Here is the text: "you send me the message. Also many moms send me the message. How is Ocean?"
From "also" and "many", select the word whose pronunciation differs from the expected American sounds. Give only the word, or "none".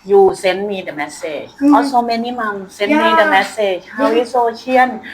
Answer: also